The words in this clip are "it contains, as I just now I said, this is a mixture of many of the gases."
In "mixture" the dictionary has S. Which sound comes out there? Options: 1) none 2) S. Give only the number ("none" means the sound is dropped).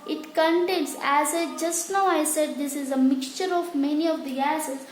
2